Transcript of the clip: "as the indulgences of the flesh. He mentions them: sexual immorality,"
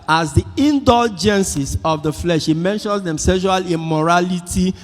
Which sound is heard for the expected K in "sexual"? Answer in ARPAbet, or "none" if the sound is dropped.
none